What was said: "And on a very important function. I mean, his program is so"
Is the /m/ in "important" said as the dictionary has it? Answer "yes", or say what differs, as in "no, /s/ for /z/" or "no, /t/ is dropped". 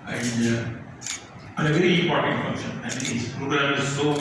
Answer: no, /m/ is dropped